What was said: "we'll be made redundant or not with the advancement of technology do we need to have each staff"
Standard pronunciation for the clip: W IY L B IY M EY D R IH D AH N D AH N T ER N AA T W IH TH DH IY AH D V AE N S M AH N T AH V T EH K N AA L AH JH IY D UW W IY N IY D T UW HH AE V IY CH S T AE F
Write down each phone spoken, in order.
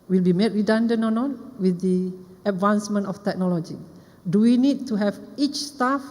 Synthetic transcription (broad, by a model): W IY L B IY M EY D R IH D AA N D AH N AO N AA T W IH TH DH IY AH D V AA N S M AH N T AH F T EH K N AA L AH JH IY D UW W IY N IY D T UW HH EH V IY CH S T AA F